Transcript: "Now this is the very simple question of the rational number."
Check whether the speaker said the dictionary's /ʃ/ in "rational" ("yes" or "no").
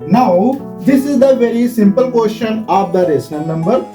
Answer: no